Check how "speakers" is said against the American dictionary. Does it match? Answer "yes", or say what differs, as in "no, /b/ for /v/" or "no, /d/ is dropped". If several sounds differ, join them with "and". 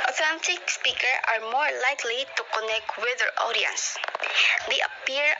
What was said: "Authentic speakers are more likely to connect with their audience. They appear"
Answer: no, /z/ is dropped